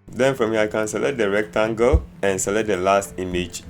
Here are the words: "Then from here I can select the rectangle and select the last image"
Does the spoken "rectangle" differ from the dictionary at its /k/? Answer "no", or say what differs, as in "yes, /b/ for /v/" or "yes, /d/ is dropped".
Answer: no